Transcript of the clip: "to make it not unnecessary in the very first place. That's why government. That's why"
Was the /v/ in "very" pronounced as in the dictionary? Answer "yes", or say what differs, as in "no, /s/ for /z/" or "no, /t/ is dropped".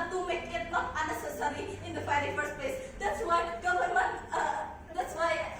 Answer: no, /p/ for /v/